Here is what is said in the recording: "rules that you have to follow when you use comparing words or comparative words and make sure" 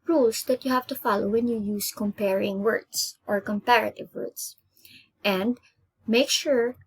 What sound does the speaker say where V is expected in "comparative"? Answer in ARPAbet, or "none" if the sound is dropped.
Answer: V